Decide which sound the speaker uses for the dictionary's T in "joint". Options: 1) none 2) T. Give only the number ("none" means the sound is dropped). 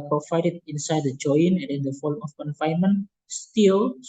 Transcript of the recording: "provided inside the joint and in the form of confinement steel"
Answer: 1